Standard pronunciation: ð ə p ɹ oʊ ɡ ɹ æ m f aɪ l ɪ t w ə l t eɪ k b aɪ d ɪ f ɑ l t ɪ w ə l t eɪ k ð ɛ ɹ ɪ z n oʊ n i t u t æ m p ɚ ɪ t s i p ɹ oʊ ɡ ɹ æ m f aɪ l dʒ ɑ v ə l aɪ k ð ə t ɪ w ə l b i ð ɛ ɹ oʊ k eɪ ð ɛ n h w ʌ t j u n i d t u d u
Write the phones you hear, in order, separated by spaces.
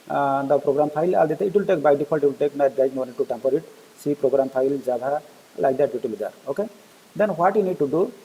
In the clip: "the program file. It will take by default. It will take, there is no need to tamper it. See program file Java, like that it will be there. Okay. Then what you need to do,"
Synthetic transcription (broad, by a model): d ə p ɹ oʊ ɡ ɹ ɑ m p aɪ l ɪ t w ə l t eɪ k b aɪ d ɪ p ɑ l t ɪ w ə l t eɪ k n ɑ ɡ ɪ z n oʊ n i t u t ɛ m p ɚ ɪ t s i p ɹ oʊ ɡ ɹ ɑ m p aɪ l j ɑ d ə l aɪ k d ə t ɪ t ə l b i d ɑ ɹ oʊ k eɪ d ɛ n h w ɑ t j u n i d t u d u